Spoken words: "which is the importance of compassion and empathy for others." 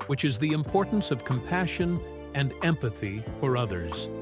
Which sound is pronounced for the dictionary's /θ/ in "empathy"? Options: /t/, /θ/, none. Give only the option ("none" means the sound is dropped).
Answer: /θ/